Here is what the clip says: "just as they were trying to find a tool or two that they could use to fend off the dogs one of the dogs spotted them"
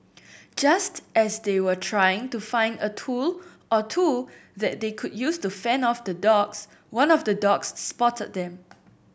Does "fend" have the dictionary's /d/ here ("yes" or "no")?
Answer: no